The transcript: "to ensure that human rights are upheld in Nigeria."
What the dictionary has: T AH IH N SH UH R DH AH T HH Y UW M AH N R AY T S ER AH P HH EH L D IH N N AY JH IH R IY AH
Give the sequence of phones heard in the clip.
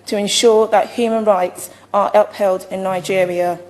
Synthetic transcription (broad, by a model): T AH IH N SH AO DH AH T HH Y UW M AH N R AY T S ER AH P HH EH L D IH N N AY JH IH R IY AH